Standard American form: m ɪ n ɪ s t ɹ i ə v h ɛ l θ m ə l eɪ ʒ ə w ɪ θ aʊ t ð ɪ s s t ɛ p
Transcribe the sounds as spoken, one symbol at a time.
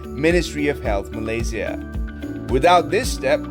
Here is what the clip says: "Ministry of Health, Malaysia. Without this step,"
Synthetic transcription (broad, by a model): m ɪ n ɪ s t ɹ i ə v h ɛ l θ m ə l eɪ z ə w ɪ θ aʊ t ð ɪ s s t ɛ p